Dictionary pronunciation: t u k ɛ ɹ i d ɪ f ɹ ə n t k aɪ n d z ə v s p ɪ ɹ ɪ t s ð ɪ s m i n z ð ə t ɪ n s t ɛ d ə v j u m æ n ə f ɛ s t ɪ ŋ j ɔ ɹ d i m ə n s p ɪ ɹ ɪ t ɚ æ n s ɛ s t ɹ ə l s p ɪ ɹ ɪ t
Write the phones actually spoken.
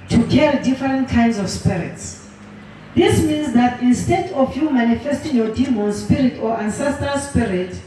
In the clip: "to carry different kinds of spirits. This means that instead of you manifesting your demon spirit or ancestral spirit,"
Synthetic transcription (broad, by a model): t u k ɛ ɹ i d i f ɹ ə n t k aɪ n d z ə f s p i ɹ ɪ t s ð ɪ s m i n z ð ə t ɪ n s t ɛ d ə f j u m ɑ n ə f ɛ s t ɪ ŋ j ɔ d i m ə n s p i ɹ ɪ t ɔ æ n s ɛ s t ə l s p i ɹ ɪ t